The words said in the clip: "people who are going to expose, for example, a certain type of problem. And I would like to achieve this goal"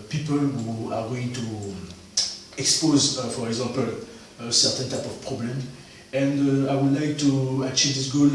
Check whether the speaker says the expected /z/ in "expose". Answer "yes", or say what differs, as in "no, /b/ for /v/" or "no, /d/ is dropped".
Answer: yes